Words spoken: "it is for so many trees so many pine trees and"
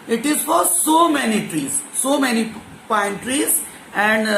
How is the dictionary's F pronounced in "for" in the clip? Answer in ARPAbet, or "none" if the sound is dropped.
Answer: F